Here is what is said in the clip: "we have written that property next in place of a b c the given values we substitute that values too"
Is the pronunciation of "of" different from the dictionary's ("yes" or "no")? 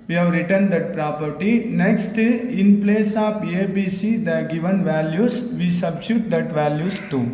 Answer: yes